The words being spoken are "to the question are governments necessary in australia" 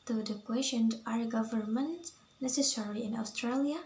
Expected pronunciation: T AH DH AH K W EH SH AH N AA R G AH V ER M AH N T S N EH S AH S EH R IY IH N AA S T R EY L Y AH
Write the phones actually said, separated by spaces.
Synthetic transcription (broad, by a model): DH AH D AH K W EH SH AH N AA R G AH V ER M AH N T N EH S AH S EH R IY IH N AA S T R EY L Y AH